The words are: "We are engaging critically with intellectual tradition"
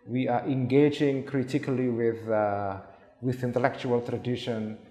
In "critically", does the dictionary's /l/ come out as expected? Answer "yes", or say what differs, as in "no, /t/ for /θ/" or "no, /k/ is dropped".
no, /w/ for /l/